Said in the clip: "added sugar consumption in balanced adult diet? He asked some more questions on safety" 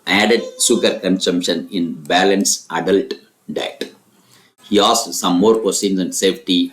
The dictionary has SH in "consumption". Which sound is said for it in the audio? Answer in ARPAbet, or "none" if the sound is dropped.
SH